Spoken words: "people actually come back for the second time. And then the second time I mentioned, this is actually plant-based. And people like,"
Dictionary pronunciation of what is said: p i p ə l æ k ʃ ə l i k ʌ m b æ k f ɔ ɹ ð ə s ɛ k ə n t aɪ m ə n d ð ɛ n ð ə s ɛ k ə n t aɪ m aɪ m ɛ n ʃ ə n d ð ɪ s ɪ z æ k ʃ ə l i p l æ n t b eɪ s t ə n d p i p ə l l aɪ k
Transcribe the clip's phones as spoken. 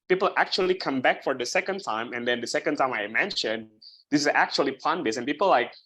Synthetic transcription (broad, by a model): p i p l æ k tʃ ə l i k ʌ m b æ k f ɔ ɹ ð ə s ɛ k ə n t aɪ m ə n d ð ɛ n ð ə s ɛ k ə n t aɪ m aɪ m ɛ n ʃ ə n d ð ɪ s ɪ z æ k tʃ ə l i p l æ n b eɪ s ə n p i p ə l l aɪ k